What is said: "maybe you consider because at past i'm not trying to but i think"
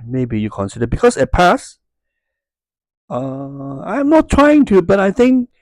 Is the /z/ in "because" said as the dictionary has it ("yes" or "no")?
no